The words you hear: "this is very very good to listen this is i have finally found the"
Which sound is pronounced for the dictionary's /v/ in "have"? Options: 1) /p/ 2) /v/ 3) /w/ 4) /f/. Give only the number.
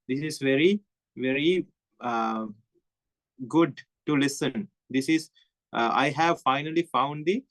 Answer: 2